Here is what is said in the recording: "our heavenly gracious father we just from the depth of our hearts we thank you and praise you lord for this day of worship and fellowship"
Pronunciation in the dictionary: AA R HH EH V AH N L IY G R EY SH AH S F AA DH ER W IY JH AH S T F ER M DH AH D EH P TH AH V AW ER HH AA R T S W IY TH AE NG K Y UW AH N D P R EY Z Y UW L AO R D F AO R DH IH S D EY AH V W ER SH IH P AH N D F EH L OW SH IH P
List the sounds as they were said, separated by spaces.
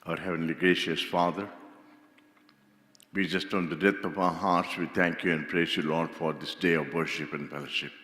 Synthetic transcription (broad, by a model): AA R HH EH V AH N L IY G R EY SH AH S F AA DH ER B IY JH AH S T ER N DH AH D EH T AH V AW ER HH AA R T S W IY T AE NG K Y UW AH N D P R EY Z Y UW L AO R D F AO R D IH S D EY AH V W ER SH IH P AH N D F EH L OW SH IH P